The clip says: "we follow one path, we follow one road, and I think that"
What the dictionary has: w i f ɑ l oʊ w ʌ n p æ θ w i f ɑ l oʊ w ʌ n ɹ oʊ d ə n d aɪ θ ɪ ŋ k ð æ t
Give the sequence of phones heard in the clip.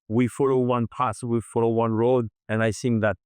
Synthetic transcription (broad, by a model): w i f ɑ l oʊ w ʌ n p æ s w i f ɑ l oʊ w ʌ n ɹ oʊ d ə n aɪ s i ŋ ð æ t